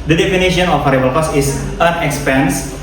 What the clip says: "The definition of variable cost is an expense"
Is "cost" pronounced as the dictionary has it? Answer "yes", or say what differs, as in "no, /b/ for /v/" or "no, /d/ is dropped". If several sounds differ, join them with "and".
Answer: no, /t/ is dropped